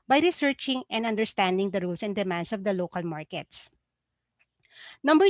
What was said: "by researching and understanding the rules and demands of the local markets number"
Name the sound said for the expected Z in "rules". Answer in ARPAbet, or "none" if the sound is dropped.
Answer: S